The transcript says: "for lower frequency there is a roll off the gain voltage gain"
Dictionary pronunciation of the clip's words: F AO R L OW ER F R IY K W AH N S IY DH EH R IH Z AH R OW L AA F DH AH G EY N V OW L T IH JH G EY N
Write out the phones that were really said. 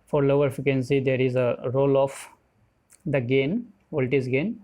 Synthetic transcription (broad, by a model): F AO R L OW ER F IY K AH N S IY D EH R IH Z AH R OW L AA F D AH G EY N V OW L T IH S G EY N